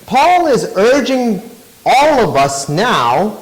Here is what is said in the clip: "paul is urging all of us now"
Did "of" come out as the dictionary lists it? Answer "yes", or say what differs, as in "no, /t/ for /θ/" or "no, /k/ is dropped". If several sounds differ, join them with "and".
yes